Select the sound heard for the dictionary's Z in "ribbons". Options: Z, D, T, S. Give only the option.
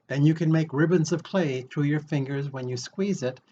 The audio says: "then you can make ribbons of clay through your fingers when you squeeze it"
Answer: Z